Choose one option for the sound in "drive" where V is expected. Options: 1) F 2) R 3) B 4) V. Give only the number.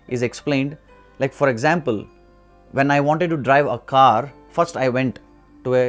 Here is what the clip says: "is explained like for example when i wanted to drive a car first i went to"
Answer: 4